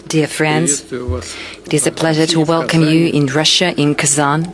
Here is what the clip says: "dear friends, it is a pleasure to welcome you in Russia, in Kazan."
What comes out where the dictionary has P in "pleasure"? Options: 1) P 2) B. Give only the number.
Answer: 1